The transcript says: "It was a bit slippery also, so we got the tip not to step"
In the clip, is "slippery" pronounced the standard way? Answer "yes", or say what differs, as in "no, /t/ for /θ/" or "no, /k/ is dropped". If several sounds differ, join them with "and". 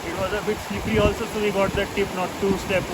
no, /l/ is dropped